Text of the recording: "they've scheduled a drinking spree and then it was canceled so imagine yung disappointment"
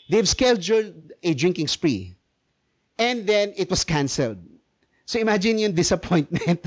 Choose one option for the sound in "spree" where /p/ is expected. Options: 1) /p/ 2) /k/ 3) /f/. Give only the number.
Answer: 1